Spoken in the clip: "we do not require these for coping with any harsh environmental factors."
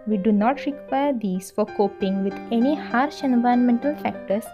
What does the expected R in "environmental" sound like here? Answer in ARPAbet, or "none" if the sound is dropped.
none